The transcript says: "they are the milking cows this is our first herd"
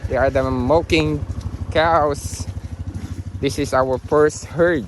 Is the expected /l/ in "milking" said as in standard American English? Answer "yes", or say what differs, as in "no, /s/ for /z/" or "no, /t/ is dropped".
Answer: no, /l/ is dropped